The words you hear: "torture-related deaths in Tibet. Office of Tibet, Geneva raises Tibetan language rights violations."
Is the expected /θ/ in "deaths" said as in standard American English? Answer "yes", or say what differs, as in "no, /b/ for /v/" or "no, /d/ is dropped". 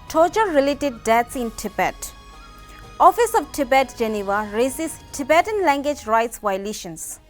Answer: no, /t/ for /θ/